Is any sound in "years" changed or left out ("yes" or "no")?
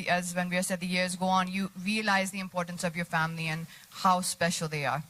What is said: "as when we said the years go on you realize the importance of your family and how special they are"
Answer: no